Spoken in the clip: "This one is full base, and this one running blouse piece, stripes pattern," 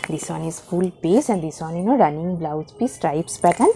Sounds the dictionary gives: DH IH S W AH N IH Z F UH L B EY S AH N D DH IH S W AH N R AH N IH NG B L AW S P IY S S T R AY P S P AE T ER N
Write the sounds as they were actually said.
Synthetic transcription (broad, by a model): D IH S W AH N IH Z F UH L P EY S AH N D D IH S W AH N R AH N IH NG B L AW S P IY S S T R AY P S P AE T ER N